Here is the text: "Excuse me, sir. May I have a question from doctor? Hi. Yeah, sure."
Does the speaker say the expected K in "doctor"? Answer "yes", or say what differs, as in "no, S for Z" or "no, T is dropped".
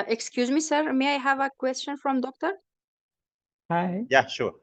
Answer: yes